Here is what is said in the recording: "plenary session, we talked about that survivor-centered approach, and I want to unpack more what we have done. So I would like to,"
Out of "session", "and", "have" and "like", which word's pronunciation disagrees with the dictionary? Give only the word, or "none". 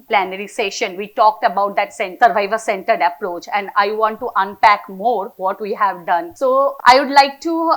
none